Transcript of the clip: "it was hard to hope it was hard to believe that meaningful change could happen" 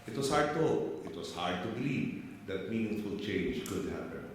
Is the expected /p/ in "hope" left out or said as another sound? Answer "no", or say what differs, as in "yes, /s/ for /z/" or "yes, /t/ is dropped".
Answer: yes, /p/ is dropped